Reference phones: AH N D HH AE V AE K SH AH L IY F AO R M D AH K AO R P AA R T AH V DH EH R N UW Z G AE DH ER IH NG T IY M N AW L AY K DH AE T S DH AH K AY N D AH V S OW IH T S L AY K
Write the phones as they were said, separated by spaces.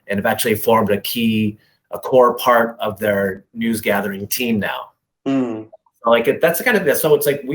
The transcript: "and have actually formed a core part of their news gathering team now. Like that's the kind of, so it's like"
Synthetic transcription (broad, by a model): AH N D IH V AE K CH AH L IY F AO R M D AH K AO R P AA R T AH V DH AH R N UW Z G AE DH ER IH NG T IY M N AW L AY K DH AE T S K AY N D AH S OW IH T S L AY K